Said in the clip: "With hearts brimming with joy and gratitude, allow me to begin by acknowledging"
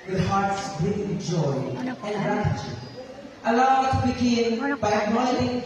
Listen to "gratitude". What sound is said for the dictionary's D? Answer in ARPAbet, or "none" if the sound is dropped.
none